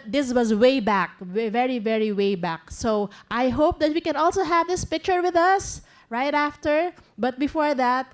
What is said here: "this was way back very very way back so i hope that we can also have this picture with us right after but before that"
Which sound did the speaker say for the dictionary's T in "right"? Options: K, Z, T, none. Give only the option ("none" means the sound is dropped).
T